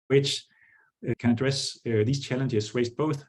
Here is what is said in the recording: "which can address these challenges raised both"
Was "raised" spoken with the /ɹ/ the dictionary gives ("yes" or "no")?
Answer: no